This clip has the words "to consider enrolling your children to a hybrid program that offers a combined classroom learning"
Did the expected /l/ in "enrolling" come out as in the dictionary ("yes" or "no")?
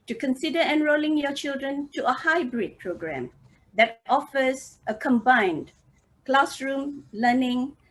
yes